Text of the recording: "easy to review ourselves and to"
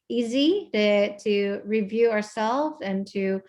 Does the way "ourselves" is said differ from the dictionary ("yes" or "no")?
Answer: no